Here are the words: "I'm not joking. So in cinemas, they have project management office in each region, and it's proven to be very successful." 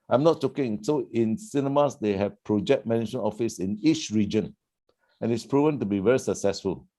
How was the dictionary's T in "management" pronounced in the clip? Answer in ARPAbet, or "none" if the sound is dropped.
none